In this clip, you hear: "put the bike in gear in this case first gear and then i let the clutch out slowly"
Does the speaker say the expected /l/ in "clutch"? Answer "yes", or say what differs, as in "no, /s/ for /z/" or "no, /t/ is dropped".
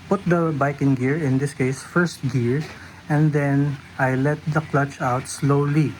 yes